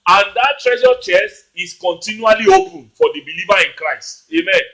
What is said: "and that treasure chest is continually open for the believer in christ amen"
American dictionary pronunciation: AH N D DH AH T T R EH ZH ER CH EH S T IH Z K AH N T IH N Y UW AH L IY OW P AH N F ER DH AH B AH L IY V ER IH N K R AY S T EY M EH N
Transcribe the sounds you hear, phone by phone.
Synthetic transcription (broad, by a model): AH N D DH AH T T R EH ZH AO CH EH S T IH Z K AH N T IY N Y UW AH L IY OW P AH N F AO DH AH B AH L IY V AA IH N K R AY S T EY M EH N